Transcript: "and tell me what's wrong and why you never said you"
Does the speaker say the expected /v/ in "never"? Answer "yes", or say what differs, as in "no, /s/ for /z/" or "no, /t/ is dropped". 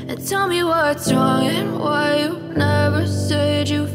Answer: yes